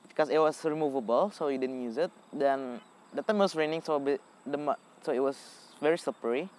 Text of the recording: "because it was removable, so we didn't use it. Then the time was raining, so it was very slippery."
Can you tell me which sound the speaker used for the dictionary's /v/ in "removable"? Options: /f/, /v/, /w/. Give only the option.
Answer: /v/